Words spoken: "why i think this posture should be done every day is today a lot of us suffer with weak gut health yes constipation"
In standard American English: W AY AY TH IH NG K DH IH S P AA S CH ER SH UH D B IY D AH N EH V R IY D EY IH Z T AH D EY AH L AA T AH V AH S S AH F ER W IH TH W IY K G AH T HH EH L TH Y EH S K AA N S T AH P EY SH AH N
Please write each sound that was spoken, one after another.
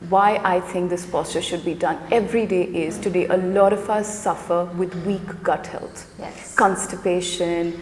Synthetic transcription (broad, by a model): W AY AY T IH NG K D IH S P AA S CH ER SH UH D B IY D AH N EH V R IY D EY IH Z T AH D EY AH L AA T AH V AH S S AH F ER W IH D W IY K G AH T HH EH L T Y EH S K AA N S T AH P EY SH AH N